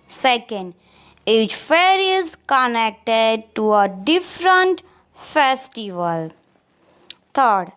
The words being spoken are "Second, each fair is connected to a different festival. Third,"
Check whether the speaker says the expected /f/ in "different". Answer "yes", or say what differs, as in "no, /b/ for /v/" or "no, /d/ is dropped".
yes